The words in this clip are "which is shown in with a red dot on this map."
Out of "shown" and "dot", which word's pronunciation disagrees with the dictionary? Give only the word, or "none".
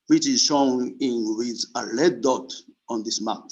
shown